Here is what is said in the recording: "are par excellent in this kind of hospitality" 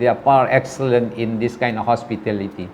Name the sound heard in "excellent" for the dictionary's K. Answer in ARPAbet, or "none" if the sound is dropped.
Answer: K